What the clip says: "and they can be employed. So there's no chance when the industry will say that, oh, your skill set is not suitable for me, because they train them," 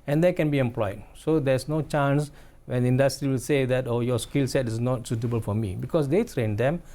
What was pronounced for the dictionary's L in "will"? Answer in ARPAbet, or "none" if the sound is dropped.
L